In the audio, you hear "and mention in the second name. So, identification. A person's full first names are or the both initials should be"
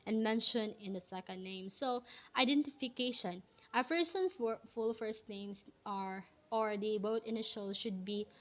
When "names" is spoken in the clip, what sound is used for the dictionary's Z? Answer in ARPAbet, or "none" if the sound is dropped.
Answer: S